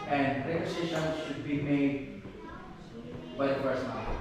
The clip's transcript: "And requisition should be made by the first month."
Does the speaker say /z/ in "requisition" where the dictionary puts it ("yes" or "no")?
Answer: no